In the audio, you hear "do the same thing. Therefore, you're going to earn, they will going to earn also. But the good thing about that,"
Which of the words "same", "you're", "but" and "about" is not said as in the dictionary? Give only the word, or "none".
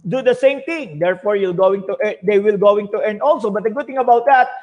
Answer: you're